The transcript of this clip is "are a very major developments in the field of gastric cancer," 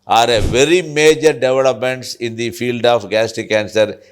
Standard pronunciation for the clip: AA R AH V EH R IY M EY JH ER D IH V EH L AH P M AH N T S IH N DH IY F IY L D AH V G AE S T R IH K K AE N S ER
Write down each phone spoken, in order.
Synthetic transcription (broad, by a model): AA R AH V EH R IY M EY JH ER D IH V EH L AH P M AH N T S IH N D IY F IY L D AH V G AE S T IH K K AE N S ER